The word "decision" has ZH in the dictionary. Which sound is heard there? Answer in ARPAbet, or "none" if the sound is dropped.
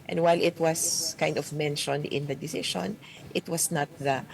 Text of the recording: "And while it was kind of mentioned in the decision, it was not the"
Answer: SH